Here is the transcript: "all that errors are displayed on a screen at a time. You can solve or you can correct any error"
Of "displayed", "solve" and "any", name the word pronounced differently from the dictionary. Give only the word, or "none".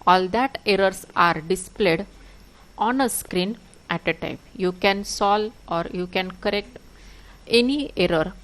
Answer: solve